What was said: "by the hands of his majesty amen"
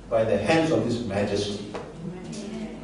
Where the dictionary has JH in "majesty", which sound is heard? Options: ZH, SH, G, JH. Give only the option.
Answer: JH